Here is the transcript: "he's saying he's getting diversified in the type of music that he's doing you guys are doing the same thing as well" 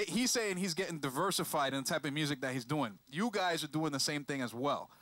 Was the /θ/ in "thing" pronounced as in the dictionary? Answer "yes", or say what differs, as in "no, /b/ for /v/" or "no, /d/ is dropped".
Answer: yes